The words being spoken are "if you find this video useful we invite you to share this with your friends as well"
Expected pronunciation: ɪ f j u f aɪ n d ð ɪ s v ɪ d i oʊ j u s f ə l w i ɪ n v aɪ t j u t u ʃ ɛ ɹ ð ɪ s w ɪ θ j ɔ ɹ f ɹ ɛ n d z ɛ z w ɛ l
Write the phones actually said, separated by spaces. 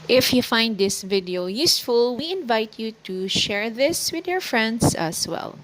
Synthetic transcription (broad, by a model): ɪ f j u f aɪ n d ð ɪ s v ɪ d i oʊ j u s f ə l w i ɪ n v aɪ t j u t u ʃ ɛ ɹ ð ɪ s w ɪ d j ɔ ɹ f ɹ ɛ n d s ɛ s w ɛ l